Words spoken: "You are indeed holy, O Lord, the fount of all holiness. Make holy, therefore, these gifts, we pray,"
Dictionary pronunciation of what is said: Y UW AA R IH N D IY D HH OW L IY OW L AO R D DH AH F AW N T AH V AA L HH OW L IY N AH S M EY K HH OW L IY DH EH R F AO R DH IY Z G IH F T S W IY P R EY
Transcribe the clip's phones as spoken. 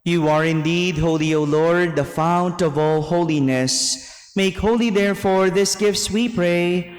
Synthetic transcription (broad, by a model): Y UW AA R IH N D IY D HH OW L IY OW L AO R D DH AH F AW N T AH V AA L HH OW L IY N AH S M EY K HH OW L IY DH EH R F AO R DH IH S G IH F T S W IY P R EY